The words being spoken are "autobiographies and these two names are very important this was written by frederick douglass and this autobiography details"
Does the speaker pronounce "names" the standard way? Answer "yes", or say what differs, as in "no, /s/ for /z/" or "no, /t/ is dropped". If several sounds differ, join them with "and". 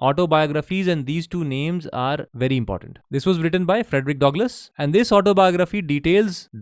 yes